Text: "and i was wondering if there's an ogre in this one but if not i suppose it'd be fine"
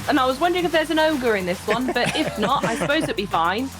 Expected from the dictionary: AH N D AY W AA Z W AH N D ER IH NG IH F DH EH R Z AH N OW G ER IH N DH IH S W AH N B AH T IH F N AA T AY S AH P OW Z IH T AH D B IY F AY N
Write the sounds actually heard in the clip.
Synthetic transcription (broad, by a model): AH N AY W AA Z W AH N D ER IH NG IH F DH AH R Z AH N OW G ER IH N DH IH S W AH N B AH T IH F N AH T AY S AH P OW Z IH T B IY F AY N